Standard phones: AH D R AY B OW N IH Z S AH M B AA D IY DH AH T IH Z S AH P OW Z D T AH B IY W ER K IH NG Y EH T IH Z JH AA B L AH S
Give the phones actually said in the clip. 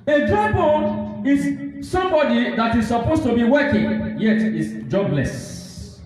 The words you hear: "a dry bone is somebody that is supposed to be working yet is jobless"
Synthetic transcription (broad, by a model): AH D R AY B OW IH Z S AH M B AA D IY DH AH T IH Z S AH P OW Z T AH B IY W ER K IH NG Y EH T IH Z JH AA B L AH S